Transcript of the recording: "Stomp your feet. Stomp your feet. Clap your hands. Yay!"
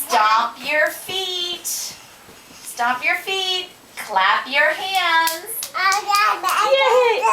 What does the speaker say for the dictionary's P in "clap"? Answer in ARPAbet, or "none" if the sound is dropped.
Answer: P